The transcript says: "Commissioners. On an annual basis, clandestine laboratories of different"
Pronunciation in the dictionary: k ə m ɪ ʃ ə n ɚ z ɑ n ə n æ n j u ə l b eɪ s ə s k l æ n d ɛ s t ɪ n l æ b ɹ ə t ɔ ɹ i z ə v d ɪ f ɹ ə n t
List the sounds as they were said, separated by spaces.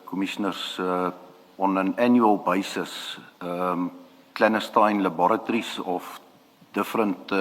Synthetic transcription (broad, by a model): k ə m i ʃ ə n ɚ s ɑ n ə n æ n j u ə l b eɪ s ə s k l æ n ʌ s t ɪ n l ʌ b ɹ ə t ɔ ɹ i s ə f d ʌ f ɹ ə n t